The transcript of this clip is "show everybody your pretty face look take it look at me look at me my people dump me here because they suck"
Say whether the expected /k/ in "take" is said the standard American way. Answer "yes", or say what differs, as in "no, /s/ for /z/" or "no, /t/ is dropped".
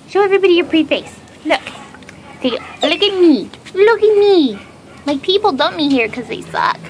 no, /k/ is dropped